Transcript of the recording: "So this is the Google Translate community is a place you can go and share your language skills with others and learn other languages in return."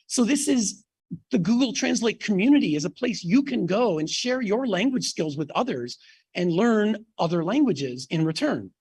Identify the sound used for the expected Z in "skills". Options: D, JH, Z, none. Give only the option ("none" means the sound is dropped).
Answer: Z